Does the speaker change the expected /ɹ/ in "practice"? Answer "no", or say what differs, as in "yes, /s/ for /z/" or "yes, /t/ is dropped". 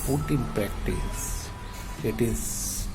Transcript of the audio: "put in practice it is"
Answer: yes, /ɹ/ is dropped